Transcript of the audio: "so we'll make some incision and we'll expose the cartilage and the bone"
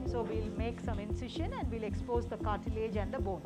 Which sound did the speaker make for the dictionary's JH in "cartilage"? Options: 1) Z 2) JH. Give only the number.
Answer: 2